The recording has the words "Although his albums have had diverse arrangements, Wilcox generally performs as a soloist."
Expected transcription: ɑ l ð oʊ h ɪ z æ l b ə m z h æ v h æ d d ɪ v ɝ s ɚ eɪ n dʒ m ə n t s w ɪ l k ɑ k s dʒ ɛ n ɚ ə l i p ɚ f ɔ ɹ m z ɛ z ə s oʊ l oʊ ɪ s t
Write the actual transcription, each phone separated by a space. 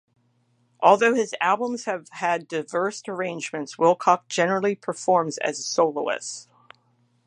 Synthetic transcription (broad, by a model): ɑ l ð oʊ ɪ z æ l b ə m z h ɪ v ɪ d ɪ ɪ v ɝ s ɚ eɪ n dʒ m ə n t s w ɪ l k ɑ k dʒ ɛ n ɚ l i p ɚ f ɔ ɹ m z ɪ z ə s oʊ l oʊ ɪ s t